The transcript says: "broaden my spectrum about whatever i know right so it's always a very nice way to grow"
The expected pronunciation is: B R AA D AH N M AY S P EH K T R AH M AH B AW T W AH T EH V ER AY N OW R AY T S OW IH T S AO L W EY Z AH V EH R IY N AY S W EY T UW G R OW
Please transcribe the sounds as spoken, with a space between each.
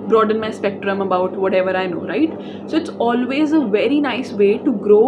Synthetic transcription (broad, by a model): B R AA D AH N M AY S P EH K T R AH M AH B AW T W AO T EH V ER AY N OW R AY T S OW IH T S AO L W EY Z AH V EH R IY N AY S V EY T UW G R OW